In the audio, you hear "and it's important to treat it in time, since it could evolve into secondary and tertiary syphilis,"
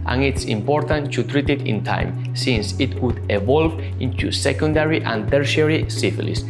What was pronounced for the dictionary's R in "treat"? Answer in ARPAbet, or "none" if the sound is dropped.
R